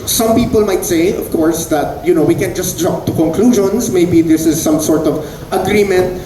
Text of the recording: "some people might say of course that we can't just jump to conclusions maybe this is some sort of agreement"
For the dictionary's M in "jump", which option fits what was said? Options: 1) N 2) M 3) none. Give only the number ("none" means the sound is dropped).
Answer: 3